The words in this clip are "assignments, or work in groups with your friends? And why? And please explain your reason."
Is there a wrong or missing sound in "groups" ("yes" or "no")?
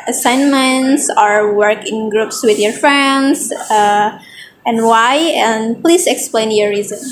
no